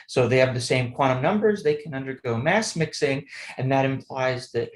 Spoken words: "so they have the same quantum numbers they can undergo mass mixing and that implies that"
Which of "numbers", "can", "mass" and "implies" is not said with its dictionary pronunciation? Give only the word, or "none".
none